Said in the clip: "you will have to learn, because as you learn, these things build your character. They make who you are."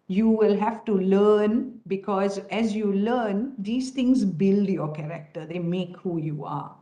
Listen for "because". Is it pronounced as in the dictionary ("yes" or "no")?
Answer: yes